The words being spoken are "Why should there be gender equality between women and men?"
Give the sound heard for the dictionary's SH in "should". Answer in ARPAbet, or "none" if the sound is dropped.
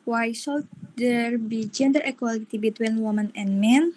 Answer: S